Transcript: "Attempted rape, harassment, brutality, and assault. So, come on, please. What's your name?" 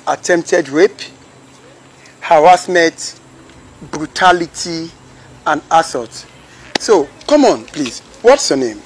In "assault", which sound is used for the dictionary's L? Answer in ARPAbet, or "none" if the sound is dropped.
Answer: none